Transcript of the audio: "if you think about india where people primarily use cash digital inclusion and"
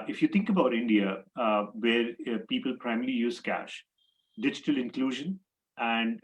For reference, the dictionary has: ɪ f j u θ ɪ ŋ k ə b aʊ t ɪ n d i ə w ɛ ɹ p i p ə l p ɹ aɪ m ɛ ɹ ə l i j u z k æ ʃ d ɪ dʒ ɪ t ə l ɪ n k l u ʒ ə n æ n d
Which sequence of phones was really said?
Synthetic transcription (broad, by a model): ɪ f j u t ɪ ŋ k ə b aʊ t ɪ n d i ə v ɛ ɹ p i p ə l p ɹ aɪ m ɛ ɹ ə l i j u z k æ ʃ d ɪ dʒ ɪ t ə l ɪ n k l u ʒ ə n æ n d